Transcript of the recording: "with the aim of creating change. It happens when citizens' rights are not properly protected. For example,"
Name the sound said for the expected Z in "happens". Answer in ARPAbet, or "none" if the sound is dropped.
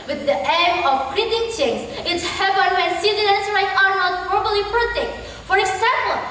none